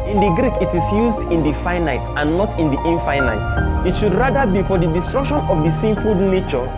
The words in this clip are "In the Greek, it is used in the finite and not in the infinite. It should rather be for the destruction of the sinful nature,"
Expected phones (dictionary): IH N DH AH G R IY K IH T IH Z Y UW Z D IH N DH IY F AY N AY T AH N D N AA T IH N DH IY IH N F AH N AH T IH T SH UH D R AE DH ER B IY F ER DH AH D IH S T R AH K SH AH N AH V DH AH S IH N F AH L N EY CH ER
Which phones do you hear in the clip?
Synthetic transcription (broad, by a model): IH N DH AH G R IY K IH T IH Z Y UW Z D IH N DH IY F AY N AY T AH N N AA T IH N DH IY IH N F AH N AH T IH T SH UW D R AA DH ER B IY F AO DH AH D IH S T R AH K SH AH N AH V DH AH S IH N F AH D N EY CH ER